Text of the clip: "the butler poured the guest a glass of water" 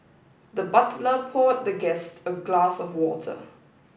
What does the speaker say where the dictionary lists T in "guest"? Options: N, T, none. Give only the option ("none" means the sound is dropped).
T